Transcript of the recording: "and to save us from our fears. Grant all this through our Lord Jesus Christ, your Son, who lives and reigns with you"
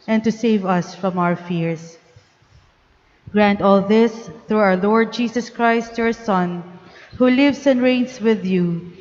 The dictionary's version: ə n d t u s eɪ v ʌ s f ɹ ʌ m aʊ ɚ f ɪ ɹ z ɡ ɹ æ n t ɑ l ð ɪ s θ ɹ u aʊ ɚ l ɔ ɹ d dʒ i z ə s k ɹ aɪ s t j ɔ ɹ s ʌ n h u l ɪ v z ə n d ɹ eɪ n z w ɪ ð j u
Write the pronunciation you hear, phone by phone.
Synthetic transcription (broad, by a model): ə n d t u s eɪ v ʌ s f ɹ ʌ m aʊ ɚ f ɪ ɹ s ɡ ɹ æ n t ɑ l ð ɪ s θ ɹ u aʊ ɚ l ɔ ɹ d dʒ i s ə s k ɹ aɪ s t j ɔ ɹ s ʌ n h u l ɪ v s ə n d ɹ eɪ n s w ɪ ð j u